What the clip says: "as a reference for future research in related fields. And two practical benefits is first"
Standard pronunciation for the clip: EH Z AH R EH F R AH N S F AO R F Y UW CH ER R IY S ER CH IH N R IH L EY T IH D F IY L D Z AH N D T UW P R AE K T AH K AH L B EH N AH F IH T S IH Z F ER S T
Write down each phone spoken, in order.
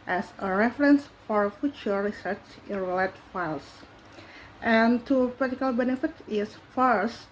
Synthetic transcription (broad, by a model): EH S AH R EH F R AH N S F AO R F Y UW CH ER R IY S ER CH IH N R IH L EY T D F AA L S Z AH N T UW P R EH T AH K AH L B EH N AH F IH T IH S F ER S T